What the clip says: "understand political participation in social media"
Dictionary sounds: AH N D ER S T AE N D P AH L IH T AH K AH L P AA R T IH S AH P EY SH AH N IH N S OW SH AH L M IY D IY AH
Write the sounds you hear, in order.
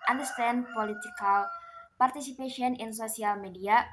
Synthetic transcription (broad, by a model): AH N D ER S T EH N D P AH L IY T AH K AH L P AA R T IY S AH P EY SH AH N IH N S OW S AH L M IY D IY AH